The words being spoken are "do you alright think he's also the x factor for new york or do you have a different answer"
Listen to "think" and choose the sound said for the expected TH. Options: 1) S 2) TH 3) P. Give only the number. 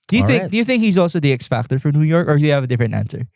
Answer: 2